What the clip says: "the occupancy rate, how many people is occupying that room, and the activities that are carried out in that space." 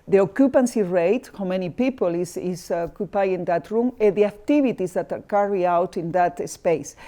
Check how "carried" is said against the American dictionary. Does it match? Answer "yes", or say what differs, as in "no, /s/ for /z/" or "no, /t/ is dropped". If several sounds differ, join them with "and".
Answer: no, /d/ is dropped